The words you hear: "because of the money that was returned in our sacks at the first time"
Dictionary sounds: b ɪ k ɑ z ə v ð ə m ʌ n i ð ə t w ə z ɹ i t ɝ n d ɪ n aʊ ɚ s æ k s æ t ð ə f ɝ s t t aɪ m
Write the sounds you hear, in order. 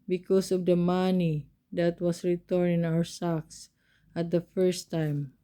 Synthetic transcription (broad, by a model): b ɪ k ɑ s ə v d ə m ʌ n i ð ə t w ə s ɹ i t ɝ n ɪ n aʊ ɚ s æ k s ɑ t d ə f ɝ s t t aɪ m